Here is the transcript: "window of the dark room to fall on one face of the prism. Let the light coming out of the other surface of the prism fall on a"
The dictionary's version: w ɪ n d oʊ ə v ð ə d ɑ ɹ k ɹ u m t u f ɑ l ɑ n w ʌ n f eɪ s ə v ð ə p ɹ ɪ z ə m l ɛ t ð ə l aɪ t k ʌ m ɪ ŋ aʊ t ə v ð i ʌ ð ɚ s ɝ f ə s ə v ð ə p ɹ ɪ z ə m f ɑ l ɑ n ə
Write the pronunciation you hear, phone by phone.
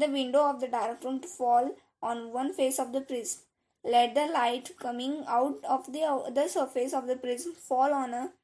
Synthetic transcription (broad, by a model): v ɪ n d oʊ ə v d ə d ɑ ɹ k ɹ u m t u f ɑ l ɑ n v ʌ n f eɪ s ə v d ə p ɹ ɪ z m l ɛ t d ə l aɪ t k ʌ m ɪ ŋ aʊ t ə v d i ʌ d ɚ s ɝ f ə s ə v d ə p ɹ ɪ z m f ɑ l ɑ n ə